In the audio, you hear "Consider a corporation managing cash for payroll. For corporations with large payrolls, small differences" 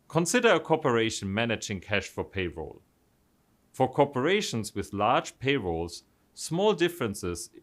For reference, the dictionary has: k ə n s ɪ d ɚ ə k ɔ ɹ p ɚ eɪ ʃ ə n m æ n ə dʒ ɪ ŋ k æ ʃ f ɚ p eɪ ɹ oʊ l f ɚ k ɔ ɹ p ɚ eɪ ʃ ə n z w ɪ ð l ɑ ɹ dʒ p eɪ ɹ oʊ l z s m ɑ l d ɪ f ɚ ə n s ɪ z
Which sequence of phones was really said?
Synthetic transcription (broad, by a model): k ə n s ɪ d ɚ ə k ɔ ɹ p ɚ eɪ ʃ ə n m æ n ə dʒ ɪ ŋ k æ ʃ f ɚ p eɪ ɹ oʊ l f ɚ k ɔ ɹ p ɚ eɪ ʃ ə n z w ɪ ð l ɑ ɹ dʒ p eɪ ɹ oʊ l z s m ɑ l d ɪ f ɚ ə n s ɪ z